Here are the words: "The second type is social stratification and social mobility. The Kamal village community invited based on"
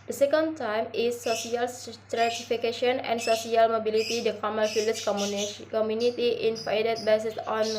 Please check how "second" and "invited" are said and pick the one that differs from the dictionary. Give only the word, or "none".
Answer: invited